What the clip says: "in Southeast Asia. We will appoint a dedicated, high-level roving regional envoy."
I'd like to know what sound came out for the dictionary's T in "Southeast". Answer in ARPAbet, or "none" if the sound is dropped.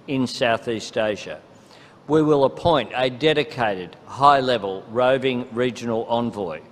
T